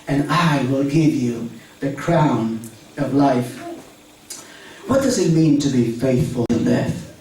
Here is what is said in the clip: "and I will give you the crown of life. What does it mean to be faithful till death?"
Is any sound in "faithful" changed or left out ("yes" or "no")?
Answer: no